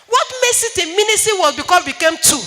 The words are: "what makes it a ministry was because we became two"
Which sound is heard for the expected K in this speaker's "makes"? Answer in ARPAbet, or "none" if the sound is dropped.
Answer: none